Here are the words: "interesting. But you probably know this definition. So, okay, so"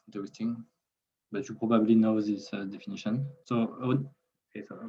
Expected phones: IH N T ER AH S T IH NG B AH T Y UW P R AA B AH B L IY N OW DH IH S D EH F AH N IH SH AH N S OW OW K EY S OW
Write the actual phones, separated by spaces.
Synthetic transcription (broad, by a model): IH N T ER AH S T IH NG B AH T Y UW P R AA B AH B L IY N OW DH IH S D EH F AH N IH SH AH N S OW OW EY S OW